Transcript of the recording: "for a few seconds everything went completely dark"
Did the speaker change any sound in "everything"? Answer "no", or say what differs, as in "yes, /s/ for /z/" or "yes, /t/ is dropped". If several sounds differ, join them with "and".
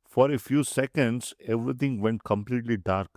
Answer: yes, /t/ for /θ/